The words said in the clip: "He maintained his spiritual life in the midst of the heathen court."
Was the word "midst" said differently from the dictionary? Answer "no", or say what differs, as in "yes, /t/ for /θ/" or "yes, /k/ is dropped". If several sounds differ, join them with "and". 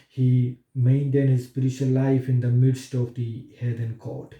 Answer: no